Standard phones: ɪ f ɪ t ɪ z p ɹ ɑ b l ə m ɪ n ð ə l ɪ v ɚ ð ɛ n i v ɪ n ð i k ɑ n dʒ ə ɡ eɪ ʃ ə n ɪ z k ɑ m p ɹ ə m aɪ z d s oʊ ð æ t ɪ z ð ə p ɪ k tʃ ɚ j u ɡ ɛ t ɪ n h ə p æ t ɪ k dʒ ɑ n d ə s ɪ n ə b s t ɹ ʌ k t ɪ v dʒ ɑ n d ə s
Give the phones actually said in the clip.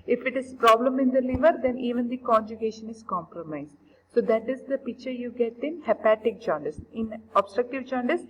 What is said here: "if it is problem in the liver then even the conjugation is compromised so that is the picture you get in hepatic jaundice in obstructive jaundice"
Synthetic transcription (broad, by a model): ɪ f ɪ t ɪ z p ɹ ɑ b l ə m ɪ n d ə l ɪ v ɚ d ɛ n i v ɪ n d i k ɑ n dʒ ə ɡ eɪ ʃ ə n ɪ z k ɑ m p ɹ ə m aɪ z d s oʊ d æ t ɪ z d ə p ɪ k tʃ ɚ j u ɡ ɛ t ɪ n h ə p æ t ɪ k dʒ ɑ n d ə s ɪ n ə b s t ɹ ʌ k t ɪ v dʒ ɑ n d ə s